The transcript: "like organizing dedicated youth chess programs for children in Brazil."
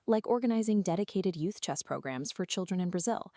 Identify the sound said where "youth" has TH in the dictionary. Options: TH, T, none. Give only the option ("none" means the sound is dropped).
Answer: TH